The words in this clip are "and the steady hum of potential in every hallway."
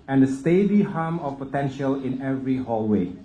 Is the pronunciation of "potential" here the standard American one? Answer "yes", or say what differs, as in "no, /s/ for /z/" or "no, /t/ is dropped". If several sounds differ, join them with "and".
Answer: yes